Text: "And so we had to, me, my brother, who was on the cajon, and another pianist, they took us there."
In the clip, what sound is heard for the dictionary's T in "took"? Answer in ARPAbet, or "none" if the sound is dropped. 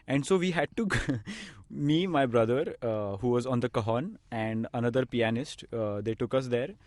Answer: T